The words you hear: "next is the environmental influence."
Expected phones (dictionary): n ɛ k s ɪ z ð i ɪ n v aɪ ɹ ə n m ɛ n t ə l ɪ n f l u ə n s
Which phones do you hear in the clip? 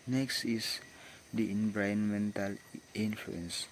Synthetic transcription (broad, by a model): n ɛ k s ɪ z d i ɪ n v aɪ ə n m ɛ n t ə l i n f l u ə n s